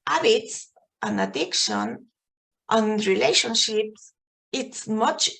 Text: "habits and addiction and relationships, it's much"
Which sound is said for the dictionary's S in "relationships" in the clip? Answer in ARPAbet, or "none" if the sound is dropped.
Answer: S